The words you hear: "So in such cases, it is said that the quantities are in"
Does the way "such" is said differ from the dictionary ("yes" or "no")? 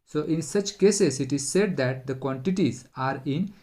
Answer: no